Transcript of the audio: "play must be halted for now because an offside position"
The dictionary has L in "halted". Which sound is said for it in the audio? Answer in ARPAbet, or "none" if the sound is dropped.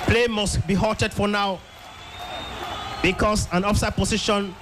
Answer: none